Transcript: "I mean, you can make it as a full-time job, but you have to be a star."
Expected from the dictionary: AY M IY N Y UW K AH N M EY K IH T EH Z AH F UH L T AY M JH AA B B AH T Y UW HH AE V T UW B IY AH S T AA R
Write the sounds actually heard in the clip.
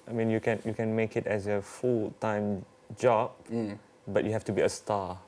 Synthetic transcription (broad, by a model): AY M IY N Y UW K AH N M EY K IH T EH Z AH F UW L T AY M JH AA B B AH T Y UW HH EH F T UW B IY AH S T AA